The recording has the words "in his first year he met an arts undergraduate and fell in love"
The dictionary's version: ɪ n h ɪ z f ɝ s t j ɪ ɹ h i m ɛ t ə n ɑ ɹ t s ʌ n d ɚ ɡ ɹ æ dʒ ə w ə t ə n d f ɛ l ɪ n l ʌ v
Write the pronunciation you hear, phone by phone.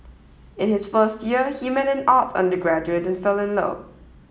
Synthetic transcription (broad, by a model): ɪ n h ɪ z f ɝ s t j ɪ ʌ h i m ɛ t ə n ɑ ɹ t ʌ n d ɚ ɡ ɹ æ dʒ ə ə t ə n f ɛ l ɪ n l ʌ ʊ